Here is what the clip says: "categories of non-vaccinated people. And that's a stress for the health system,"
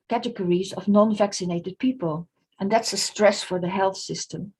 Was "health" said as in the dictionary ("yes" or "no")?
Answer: yes